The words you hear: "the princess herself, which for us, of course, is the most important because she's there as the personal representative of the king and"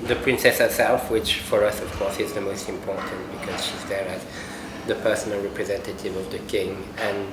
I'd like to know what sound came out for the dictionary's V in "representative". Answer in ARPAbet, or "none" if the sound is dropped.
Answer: V